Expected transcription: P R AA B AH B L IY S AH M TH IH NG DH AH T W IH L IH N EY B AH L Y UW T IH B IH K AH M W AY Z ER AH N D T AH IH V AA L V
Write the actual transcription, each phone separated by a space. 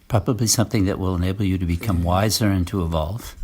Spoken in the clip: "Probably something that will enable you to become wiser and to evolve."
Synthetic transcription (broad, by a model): P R AA B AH B L IY S AH M TH IH NG DH AH T W IH L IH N EY B L Y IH T IH B IH K AH M W AY Z ER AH N T AH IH V AA L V